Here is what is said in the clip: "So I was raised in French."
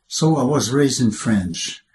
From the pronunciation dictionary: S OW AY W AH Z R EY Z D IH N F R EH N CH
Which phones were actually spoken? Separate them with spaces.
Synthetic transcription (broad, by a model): S OW AY W AH Z R EY Z D IH N F R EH N CH